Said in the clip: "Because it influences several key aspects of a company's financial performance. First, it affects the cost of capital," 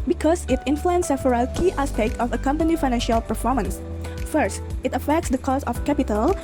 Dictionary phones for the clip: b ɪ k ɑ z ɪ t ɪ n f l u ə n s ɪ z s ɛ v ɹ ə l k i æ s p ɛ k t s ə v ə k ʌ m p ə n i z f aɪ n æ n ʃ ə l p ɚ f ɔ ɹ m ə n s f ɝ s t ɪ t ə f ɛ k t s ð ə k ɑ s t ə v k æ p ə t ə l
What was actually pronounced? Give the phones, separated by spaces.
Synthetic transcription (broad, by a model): b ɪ k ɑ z ɪ t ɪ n f l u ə n s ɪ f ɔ ɹ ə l k i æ s p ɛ k t ə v ə k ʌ m p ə n i f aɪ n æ n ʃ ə l p ɚ f ɔ ɹ m ə n s f ɝ s t ɪ t ə f ɛ k t s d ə k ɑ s ə f k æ p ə t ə l